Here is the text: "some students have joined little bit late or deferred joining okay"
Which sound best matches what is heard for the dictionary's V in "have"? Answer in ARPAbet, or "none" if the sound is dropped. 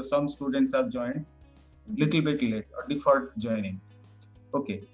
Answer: P